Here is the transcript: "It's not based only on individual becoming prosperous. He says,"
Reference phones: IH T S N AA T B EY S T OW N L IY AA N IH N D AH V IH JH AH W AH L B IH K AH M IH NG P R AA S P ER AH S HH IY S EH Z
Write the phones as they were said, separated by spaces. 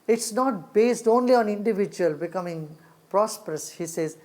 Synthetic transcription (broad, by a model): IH T S N AA T B EY S T OW N L IY AA N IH N D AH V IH JH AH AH L B IH K AH M IH NG P R AA S P ER AH S HH IY S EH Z